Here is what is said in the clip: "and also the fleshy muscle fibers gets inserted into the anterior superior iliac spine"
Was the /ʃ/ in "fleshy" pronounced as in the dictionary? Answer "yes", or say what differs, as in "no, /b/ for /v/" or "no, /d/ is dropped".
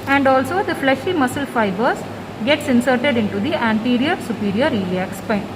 yes